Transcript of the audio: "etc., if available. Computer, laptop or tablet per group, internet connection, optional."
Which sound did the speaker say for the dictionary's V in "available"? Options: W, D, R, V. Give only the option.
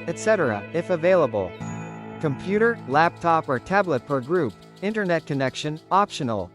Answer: V